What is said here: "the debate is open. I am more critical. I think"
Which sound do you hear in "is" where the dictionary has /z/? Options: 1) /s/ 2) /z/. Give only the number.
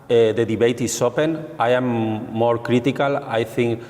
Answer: 1